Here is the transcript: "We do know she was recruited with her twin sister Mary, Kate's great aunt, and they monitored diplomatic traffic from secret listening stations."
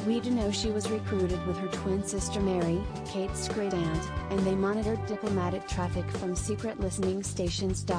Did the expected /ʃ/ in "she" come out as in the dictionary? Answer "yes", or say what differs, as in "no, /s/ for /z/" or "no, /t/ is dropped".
yes